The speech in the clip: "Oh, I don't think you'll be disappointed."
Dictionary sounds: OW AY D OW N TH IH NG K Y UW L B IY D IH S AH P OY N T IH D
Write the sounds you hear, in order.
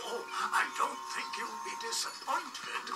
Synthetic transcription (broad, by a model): OW AY D OW N TH IH NG K Y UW W B IY D IH S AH P OY N T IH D